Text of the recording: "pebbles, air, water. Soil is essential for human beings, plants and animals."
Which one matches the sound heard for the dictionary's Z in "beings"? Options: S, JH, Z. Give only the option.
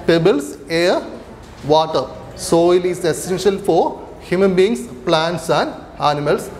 S